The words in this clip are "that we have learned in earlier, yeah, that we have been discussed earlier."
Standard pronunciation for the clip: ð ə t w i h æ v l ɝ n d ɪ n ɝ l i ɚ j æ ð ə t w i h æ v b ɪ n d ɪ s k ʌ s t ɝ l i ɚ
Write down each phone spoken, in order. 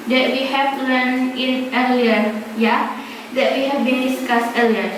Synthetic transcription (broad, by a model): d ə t w i h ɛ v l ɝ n ɪ n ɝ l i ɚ j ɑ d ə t w i h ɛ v b ɪ n d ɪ s k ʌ s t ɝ l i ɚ